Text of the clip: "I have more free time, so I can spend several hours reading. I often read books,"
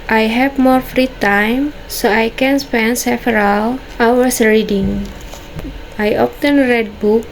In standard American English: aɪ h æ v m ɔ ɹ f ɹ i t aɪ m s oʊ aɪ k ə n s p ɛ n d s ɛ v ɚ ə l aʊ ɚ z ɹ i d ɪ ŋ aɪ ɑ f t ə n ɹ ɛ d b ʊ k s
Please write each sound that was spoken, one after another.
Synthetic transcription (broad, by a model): aɪ h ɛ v m ɔ ɹ f ɹ i t aɪ m s oʊ aɪ k ə n s p ɛ n d s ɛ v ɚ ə l aʊ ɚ s ɹ i d ɪ ŋ aɪ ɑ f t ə n ɹ ɛ d b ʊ k